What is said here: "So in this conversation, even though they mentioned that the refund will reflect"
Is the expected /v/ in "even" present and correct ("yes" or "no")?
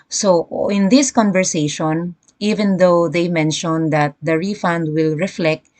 yes